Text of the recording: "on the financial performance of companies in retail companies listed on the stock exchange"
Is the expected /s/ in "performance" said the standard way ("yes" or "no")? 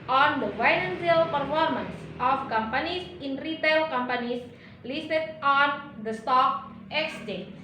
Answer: yes